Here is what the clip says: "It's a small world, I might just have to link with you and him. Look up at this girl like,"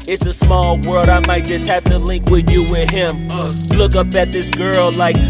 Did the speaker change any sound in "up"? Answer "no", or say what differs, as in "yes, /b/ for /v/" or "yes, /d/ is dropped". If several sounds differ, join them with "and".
no